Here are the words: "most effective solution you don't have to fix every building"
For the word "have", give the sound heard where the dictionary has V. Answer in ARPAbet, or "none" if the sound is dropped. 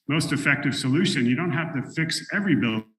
F